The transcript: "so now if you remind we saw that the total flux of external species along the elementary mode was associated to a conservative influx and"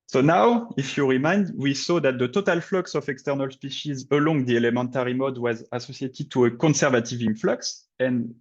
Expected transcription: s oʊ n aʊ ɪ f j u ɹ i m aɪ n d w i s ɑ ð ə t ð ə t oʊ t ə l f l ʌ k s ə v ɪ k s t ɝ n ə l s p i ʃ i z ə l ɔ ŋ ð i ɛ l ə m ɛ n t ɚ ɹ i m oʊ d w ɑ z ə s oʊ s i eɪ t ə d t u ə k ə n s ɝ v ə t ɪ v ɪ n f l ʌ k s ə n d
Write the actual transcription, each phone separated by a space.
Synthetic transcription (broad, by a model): s oʊ n aʊ ɪ f j u ɹ i m aɪ n d w i s ɑ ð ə t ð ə t oʊ t ə l f l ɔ k s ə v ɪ k s t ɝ n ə l s p i ʃ i z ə l ɔ ŋ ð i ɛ l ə m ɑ n t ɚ ɹ i m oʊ d w ɑ z ə s oʊ s i eɪ t ə d t u ə k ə n s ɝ v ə t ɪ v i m f l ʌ k s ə n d